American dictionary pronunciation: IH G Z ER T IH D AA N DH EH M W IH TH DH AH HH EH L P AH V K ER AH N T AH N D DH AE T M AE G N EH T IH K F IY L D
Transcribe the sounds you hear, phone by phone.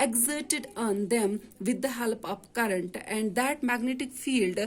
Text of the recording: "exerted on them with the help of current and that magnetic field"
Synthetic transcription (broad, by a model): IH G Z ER T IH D AA N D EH M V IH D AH HH EH L P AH P K ER AH N T AH N D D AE T M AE G N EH T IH K F IY L D